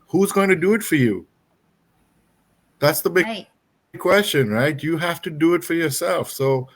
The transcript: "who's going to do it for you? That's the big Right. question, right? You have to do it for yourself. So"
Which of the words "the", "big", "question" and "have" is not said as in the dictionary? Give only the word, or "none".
have